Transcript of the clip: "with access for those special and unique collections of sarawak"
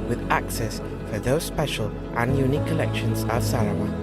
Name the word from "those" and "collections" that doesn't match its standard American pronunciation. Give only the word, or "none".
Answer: none